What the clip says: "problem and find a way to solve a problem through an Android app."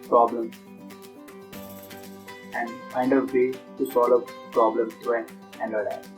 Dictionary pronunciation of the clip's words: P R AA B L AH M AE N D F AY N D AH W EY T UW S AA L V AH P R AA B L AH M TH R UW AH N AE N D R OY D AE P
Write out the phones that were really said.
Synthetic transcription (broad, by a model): P R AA B L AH M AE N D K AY N D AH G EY T UW S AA L AH P R AA B L AH M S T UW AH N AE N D OY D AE